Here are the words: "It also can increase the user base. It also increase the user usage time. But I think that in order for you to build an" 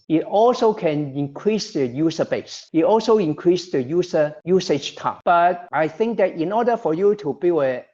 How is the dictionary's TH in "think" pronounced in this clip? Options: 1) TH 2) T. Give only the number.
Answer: 1